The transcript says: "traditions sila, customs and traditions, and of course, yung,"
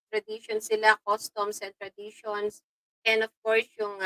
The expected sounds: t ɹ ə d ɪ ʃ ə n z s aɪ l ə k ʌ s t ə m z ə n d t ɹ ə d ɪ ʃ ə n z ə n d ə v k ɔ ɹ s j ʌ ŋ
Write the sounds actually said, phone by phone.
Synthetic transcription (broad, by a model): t ɹ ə d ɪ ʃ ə n s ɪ l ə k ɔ s t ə m s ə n t ɹ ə d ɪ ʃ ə n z ə n d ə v k ɔ ɹ s j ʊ ŋ